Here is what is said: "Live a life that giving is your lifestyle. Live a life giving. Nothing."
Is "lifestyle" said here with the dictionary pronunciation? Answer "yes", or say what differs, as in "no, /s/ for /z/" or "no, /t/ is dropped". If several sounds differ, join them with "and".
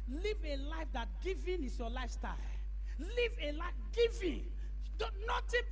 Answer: yes